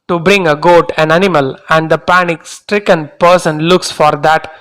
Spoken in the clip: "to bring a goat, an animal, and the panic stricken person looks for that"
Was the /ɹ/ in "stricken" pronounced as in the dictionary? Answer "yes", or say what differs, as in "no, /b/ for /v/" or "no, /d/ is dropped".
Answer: yes